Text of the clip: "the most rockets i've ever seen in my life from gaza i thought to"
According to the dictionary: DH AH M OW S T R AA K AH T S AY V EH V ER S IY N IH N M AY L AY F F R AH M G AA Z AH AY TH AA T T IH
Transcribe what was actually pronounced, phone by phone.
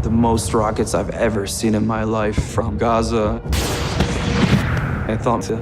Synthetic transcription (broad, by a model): DH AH M OW S T R AA K AH T S AY V EH V ER S IY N IH N M AY L AY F F R AH M G AA Z AH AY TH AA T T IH